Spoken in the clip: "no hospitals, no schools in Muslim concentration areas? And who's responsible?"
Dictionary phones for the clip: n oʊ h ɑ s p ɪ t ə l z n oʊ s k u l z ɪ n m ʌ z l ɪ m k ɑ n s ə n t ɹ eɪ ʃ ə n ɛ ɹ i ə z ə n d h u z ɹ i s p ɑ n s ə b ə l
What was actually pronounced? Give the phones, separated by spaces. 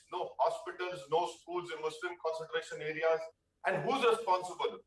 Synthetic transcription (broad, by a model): n oʊ h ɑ s p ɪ t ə l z n oʊ s k u l z ɪ n m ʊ s l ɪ m k ɑ n s ə n t ɹ eɪ ʃ ə n ɛ ɹ i ə z ə n d h u z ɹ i s p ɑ n s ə b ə l